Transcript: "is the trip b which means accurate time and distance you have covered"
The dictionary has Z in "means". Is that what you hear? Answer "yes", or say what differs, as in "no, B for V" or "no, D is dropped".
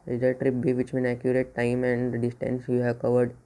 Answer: no, Z is dropped